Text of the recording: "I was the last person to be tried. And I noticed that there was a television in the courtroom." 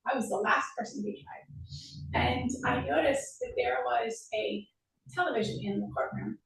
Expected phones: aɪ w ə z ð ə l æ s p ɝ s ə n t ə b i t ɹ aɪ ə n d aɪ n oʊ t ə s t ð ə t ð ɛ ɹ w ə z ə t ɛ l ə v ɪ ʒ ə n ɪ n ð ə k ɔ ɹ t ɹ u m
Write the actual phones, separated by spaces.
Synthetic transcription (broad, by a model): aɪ w ə z ð ə l æ s p ɝ s ə n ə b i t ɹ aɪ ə n aɪ n oʊ t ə s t ð ə t ð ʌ ɹ w ə z ə t ɛ l ə v ɪ ʒ ə n ɪ n ð ə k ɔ ɹ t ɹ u m